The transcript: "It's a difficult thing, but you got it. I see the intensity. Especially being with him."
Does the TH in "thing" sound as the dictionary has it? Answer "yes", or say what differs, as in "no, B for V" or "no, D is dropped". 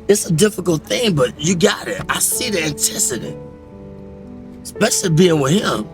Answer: yes